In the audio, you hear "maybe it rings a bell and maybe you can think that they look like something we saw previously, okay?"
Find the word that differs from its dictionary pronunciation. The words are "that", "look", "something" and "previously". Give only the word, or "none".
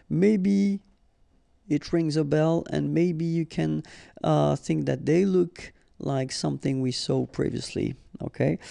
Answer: none